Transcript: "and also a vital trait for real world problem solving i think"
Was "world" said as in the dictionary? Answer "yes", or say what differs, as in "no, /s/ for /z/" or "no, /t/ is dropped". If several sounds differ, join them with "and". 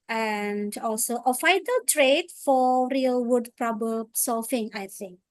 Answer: no, /l/ is dropped